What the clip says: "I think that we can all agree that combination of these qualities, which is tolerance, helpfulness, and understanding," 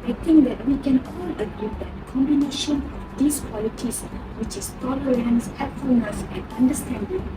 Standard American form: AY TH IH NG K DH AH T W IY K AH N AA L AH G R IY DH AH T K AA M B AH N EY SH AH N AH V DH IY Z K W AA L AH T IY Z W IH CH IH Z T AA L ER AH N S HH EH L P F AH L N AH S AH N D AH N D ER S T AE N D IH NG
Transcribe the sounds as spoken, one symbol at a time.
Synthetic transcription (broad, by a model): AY T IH NG K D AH T W IY K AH N AA L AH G IY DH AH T K AA M B AH N EY SH AH N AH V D IY S K W AA L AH T IY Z W IH CH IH S T AA L ER AH N S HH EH P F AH L N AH S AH N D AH N D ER S T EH N D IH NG